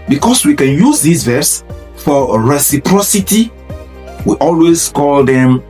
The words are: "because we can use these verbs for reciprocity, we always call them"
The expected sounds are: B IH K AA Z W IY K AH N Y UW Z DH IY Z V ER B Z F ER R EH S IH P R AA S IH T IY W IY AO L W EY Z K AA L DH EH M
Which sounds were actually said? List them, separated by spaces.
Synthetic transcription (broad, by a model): B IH K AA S W IY K AH N Y UW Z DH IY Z V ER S F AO R EH S IH P R AA S IH T IY W IY AO L W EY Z K AA L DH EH M